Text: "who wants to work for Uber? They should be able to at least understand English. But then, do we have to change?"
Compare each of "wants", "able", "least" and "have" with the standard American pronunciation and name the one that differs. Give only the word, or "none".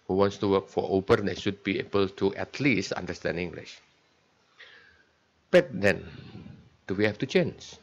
have